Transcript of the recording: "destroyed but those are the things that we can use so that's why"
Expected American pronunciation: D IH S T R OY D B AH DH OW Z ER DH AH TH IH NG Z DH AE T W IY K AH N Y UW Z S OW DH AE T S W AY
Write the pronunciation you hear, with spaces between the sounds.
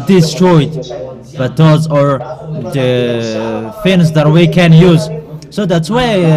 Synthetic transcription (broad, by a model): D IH S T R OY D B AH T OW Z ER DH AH F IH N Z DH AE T W IY K AH N Y UW Z S OW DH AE T S W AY